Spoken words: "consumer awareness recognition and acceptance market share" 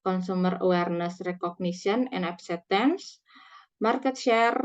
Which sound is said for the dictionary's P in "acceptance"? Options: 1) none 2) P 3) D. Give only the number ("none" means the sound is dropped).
1